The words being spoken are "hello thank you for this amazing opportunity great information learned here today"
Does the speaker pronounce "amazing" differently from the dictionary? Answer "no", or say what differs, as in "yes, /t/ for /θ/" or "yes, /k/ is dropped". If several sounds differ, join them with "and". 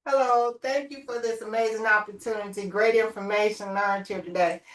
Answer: no